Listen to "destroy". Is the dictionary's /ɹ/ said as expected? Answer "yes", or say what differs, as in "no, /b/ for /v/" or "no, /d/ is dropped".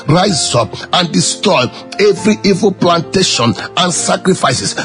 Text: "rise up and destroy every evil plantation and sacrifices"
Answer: no, /ɹ/ is dropped